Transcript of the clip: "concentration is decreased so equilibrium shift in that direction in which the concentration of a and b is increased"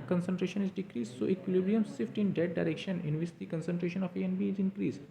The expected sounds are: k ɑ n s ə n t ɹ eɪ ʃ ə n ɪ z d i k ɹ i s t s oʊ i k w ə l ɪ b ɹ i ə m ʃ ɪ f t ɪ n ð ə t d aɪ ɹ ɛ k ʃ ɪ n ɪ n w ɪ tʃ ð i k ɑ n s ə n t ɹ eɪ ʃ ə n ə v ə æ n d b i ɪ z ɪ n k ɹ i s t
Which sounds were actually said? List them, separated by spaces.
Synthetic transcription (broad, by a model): k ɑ n s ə n t ɹ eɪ ʃ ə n ɪ z d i k ɹ i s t s oʊ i k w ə l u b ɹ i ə m s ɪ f t ɪ n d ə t d aɪ ɹ ɛ k ʃ ɪ n ɪ n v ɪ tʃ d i k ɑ n s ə n t ɹ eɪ ʃ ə n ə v ə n b i ɪ z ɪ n k ɹ i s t